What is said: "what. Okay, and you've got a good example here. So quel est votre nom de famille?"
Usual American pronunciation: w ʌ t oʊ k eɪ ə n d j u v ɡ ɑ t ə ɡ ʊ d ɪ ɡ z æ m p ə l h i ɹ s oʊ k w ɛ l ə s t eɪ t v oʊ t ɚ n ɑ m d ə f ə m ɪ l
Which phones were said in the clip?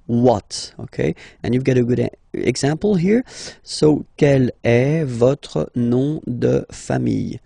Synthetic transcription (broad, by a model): w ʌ t oʊ k eɪ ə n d j u v ɡ ɑ t ə ɡ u d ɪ ɡ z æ p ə l h i ɹ s oʊ k ɛ l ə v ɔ t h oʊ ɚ n ɑ d ə f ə m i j